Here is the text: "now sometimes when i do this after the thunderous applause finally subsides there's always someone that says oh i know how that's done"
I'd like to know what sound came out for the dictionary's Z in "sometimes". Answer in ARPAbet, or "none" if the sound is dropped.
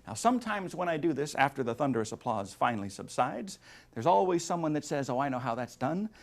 Z